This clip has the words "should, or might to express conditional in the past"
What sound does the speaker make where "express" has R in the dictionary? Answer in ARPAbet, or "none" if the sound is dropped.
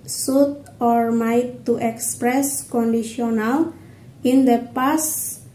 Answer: R